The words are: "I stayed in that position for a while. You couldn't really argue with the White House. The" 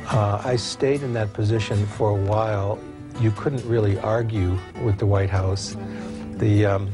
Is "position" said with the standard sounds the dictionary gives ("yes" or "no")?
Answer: yes